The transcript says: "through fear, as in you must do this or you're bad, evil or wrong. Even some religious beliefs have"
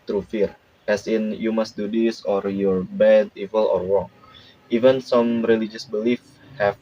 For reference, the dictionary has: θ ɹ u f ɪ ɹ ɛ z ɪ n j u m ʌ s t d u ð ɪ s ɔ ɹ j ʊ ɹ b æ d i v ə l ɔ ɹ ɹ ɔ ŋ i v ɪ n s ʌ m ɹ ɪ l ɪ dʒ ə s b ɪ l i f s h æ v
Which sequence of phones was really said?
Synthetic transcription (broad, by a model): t ɹ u f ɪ ɹ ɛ s ɪ n j u m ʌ s t d u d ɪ s ɔ ɹ j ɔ ɹ b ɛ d i v ə l ɔ ɹ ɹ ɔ ŋ i v ɪ n s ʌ m ɹ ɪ l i dʒ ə s b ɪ l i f h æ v